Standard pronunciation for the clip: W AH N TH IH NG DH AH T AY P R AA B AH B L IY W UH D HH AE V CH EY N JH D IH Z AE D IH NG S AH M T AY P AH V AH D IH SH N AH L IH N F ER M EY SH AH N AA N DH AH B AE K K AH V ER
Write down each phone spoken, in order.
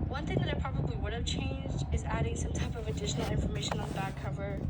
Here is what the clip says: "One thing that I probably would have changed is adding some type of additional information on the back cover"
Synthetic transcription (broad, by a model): W AH N TH IH NG DH AH T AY P R AA B AH B L IY W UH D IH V CH EY N JH D IH Z AE D IH NG S AH M T AY P AH V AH D IH SH N L IH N F ER M EY SH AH N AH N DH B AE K K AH V ER